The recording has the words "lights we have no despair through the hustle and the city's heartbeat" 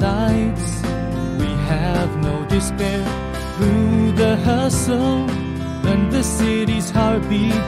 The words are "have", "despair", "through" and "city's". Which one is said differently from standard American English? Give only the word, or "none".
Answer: none